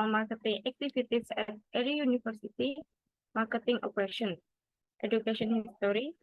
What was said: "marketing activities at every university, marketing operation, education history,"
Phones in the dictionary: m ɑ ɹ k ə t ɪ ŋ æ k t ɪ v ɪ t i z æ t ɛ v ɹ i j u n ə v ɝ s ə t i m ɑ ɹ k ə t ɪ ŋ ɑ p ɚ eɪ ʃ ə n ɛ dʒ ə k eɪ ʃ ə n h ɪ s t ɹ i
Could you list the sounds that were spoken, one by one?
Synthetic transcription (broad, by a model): m ɑ ɹ k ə t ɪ ŋ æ k t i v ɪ t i s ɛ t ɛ ɹ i j u n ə f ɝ s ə t i m ɑ ɹ k ə t ɪ ŋ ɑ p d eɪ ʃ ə n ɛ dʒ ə k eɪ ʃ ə n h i s t ɹ i